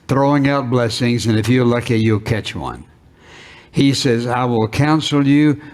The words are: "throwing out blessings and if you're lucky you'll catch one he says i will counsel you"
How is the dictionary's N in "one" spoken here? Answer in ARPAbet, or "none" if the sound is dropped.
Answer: N